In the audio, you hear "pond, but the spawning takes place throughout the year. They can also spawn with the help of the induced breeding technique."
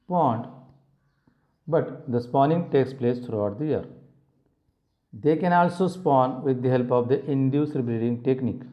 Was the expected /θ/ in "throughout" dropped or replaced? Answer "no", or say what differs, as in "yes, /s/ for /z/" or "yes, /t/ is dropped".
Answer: yes, /t/ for /θ/